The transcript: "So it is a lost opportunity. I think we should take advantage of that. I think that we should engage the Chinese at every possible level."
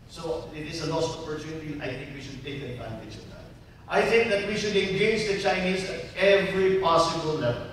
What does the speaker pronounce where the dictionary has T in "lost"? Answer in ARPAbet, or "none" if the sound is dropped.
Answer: none